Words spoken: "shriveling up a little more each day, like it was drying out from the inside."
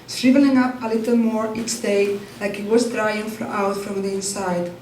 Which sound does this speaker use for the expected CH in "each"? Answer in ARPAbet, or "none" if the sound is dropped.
S